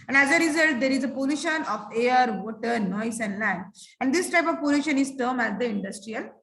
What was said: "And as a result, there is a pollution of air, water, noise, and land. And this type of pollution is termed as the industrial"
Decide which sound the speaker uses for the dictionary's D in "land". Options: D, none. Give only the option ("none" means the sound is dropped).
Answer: none